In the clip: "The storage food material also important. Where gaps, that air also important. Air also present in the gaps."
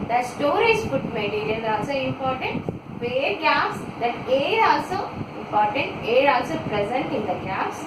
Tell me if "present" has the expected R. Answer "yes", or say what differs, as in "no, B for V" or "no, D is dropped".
yes